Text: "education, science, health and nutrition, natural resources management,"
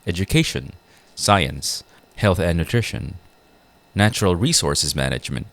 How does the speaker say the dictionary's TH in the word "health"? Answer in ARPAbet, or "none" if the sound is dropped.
TH